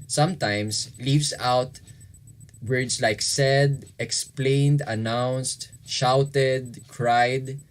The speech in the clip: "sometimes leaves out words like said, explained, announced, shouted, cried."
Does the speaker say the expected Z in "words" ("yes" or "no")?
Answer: no